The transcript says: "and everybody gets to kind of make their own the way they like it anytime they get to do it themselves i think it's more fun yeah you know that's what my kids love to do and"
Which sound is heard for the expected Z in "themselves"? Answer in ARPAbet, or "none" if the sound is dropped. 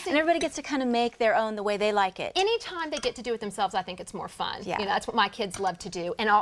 Z